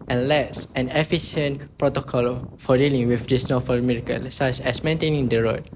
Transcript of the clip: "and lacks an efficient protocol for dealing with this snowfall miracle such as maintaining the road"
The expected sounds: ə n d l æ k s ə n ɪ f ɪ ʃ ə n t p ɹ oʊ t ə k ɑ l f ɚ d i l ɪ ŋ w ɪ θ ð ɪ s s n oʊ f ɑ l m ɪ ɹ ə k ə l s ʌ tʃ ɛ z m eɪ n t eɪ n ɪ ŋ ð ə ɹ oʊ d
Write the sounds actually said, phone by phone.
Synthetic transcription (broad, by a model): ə n l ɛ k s ə n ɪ f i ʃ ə n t p ɹ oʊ t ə k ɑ l f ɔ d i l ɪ ŋ w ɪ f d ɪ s s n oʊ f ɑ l m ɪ ɹ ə k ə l s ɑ s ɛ s m eɪ n t eɪ n ɪ ŋ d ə ɹ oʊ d